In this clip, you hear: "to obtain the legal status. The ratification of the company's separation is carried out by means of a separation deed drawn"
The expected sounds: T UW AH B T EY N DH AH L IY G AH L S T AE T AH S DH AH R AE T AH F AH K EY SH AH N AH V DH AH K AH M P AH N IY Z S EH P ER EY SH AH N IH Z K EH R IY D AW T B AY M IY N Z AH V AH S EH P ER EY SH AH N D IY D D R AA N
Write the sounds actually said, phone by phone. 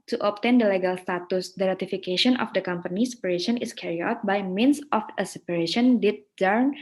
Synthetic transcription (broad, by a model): T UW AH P T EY N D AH L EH G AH L S T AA T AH S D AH R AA T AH F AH K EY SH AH N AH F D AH K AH M P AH N IY S EH P ER EY SH AH N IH S K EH R IY AW T B AY M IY N S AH F AH S EH P ER EY SH AH N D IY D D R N